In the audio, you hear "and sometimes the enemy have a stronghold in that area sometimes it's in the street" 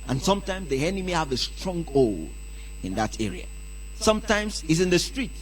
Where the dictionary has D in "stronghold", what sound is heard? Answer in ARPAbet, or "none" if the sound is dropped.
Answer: none